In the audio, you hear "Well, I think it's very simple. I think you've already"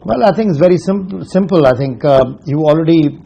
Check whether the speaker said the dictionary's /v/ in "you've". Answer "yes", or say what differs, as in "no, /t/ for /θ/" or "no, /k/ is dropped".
no, /v/ is dropped